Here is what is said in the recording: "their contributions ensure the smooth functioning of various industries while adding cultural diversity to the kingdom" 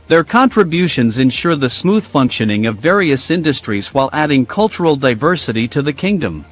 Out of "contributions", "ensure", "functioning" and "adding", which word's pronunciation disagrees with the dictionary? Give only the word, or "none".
none